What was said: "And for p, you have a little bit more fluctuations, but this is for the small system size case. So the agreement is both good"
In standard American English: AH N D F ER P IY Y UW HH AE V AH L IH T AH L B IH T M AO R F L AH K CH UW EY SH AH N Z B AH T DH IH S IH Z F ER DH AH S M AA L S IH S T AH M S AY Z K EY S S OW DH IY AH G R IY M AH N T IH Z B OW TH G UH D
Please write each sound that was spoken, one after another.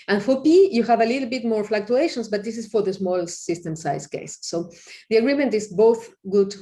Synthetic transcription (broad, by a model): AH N F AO P IY Y UW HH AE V AH L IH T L B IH T M AO R F L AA K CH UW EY SH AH N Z B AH T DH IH S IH S F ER DH AH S M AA L S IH S T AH M S AY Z K EY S S OW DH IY AH G R IY M AH N T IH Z B OW TH G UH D